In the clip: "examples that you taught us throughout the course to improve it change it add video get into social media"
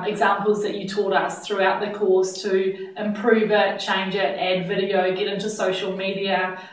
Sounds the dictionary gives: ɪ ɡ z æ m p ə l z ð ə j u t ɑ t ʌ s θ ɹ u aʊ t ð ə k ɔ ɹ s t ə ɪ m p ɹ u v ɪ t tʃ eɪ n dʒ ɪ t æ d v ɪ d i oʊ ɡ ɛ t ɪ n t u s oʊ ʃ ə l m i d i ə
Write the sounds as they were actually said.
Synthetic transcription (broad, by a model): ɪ ɡ z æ m p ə l z ð ə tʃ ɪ t ɑ t ʌ s θ ɹ u aʊ t ð ə k ɔ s t ə ɪ m p ɹ u v ɪ t tʃ eɪ n dʒ ɪ t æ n v ɪ d i oʊ ɡ ɛ t ɪ n t u s oʊ ʃ ə l m i d i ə